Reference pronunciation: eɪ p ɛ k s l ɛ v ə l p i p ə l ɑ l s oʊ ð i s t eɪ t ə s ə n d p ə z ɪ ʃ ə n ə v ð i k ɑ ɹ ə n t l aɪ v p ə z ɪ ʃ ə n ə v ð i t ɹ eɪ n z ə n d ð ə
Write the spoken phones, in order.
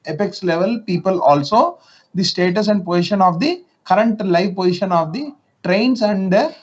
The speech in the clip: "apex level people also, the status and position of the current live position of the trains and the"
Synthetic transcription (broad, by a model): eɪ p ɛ k s l ɛ v ə l p i p ə l ɑ l s oʊ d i s t eɪ t ə s ə n d p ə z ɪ ʃ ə n ə v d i k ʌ ɹ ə n t l aɪ v p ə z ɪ ʃ ə n ə v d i t ɹ eɪ n s ə n d